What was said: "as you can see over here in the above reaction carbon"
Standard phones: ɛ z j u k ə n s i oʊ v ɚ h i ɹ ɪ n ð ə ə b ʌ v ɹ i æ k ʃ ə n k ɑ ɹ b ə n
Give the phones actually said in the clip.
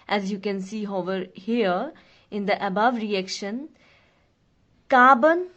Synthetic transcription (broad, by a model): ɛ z j u k ə n s i oʊ v ɚ h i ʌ ɪ n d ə ə b ʌ v ɹ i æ k ʃ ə n k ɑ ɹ b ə n